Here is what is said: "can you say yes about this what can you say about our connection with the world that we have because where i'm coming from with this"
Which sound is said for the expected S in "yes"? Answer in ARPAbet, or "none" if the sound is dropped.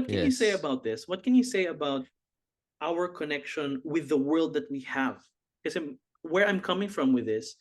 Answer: none